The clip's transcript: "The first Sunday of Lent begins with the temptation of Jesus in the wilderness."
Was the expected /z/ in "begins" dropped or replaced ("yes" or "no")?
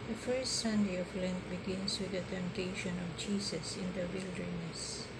yes